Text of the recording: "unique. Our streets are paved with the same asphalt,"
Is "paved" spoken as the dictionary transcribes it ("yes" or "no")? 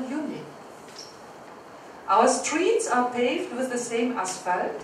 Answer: yes